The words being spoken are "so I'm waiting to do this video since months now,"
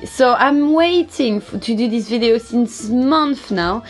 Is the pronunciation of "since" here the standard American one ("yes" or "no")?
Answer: yes